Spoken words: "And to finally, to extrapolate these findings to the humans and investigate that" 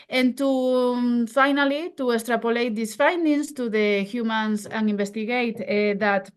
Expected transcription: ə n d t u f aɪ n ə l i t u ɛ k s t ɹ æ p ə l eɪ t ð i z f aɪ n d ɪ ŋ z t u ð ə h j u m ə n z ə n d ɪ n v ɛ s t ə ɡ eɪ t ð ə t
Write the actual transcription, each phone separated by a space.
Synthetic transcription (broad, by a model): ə n t u f aɪ n ə l i t u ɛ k s t ɹ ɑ p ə l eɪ t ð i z f aɪ n d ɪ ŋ s t u ð ə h j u m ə n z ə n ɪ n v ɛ s t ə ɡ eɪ t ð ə t